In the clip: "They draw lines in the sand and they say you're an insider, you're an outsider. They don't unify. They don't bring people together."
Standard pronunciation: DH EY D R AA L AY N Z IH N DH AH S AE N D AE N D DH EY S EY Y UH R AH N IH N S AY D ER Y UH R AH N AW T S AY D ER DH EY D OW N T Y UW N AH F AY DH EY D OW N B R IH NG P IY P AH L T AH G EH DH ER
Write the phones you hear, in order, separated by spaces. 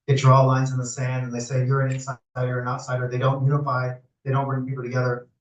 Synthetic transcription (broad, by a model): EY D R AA L AY N Z IH N DH AH S AE N D N DH EY S EY Y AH R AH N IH N S AY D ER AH R AH N AW T S AY D ER DH EY D OW N T Y UW N AH F AY DH EY D OW N B R IH NG P IY P L T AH G EH DH ER